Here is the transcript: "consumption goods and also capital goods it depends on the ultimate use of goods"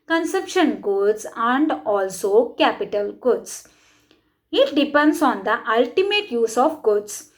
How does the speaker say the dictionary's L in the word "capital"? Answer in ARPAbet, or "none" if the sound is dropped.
L